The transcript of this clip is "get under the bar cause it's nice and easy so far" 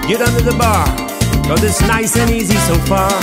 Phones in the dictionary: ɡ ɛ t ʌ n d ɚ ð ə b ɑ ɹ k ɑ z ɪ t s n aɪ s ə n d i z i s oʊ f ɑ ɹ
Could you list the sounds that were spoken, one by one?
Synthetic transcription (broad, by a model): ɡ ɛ t ʌ n d ɚ ð ə b ɑ ɹ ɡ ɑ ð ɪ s n aɪ s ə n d i z i s oʊ f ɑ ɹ